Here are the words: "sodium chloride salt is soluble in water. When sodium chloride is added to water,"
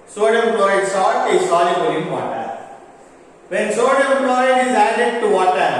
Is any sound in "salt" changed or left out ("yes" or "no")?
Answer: yes